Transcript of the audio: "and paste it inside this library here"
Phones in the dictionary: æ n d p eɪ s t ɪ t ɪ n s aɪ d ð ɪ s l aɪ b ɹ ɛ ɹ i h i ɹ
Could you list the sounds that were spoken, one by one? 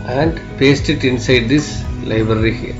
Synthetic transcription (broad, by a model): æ n d p eɪ s t ɪ t ɪ n s aɪ d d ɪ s l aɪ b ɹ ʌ ɹ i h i